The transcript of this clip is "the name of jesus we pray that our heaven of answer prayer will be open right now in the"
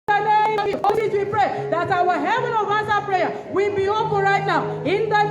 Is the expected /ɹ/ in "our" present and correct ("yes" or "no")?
no